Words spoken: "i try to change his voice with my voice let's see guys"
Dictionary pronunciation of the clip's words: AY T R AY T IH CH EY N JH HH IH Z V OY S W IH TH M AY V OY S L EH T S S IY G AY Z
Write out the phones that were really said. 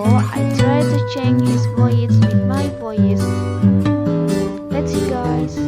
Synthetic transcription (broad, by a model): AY T R AY T IH CH EY N JH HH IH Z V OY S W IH M AY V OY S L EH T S S IY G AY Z